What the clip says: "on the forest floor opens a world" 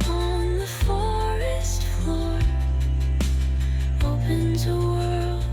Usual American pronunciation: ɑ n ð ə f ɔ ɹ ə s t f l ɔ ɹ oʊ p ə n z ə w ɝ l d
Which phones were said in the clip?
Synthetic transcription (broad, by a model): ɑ n ð ə f ɔ ɹ ə s t f l ɔ ɹ oʊ p ə n z ə w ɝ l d